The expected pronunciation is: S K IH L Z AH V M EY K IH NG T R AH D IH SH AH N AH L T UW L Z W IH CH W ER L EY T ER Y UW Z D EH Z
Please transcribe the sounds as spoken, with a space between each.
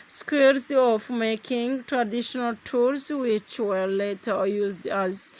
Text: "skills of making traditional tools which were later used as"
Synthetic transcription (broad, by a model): S K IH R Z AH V M EY K IH NG T R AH D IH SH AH N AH L T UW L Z W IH CH W ER L EY T ER Y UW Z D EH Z